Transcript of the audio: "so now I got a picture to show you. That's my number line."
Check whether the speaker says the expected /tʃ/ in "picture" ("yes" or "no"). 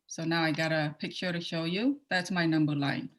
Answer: no